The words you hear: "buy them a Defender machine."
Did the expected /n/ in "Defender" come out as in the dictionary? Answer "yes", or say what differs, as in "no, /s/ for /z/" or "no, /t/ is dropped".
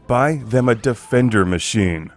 yes